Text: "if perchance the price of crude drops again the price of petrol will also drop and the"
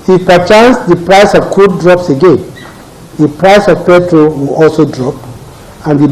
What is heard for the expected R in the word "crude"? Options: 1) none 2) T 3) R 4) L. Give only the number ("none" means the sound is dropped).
1